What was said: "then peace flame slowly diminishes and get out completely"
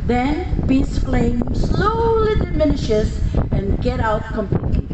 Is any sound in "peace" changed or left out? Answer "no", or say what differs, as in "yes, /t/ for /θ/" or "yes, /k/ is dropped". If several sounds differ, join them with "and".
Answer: yes, /b/ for /p/